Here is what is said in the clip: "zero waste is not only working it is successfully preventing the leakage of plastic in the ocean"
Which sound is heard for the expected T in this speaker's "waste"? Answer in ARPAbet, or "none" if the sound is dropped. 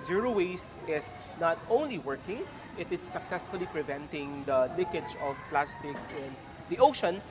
T